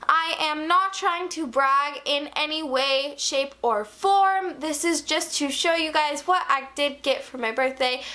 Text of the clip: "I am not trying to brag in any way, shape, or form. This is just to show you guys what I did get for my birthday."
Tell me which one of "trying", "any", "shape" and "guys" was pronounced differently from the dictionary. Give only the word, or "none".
none